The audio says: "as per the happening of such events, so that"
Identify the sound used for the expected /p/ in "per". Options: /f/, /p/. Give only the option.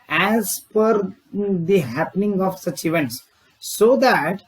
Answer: /f/